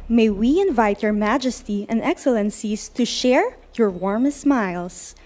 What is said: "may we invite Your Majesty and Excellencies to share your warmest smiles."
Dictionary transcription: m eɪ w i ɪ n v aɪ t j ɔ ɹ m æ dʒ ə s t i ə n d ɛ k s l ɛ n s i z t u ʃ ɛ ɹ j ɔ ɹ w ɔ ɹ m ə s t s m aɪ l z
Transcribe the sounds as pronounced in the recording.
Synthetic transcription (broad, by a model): m eɪ w i ɪ n v aɪ t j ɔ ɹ m æ dʒ ə s t i ə n d ɛ k s l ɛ n s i s t u ʃ ɛ ɹ j ɔ ɹ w ɔ ɹ m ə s s m aɪ l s